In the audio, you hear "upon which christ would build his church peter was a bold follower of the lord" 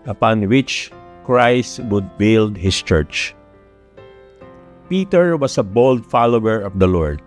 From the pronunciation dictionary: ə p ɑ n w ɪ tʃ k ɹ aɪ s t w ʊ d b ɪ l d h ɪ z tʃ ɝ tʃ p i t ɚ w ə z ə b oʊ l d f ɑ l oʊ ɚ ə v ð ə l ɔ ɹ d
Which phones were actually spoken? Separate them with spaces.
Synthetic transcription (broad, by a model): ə p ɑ n w ɪ tʃ k ɹ aɪ s t w ʊ d b ɪ l d h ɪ s tʃ ɝ tʃ p i t ɚ w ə s ə b oʊ l d f ɑ l oʊ ɚ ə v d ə l ɔ ɹ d